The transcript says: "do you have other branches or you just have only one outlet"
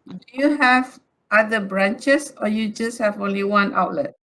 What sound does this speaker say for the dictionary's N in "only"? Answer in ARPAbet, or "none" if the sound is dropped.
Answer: N